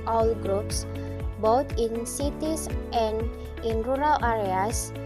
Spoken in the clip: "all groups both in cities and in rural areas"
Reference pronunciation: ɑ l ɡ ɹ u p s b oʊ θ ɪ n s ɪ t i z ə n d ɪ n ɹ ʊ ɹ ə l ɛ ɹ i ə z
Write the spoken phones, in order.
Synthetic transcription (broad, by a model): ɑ l ɡ ɹ u p s b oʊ t ɪ n s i t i s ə n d ɪ n ɹ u ɹ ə l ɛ ɹ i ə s